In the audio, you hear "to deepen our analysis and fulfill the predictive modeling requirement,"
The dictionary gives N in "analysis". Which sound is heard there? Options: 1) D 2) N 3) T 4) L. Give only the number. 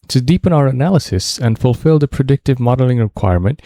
2